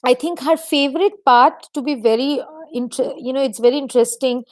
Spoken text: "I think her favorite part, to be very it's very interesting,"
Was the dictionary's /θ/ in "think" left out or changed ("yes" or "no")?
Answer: yes